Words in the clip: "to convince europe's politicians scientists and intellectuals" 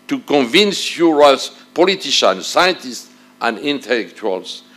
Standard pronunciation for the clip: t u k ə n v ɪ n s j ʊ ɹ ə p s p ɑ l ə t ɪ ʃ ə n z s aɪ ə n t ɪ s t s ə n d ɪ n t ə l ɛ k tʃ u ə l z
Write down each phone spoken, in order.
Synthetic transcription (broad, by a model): t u k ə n v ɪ n s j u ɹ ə s p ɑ l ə t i ʃ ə n s aɪ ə n t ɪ s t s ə n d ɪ n t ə l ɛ k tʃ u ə l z